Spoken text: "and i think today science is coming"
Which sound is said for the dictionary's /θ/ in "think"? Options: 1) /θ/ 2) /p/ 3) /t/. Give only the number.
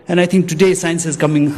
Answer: 3